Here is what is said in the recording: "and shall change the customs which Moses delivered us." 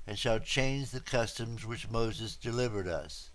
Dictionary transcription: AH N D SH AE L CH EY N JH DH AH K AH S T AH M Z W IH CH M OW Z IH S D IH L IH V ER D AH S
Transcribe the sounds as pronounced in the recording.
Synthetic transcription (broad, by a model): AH N SH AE L CH EY N JH DH AH K AH S T AH M Z W IH CH M OW Z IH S D IH L IH V ER D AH S